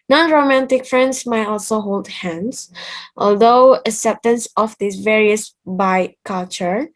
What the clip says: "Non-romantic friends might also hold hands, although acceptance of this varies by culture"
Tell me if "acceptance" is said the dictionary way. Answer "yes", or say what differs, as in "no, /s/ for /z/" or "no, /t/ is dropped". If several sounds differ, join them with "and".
no, /k/ is dropped